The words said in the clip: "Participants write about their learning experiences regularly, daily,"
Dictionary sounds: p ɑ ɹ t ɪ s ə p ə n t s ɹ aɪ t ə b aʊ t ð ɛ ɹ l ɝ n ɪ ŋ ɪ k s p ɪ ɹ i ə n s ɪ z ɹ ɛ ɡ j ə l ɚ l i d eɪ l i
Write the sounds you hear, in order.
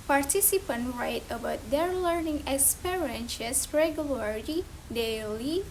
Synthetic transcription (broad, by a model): p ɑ ɹ t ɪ s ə p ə n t ɹ aɪ t ə b aʊ t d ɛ ɹ l ɝ n ɪ ŋ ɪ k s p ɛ ɹ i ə n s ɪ s ɹ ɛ ɡ j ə l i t i d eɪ l i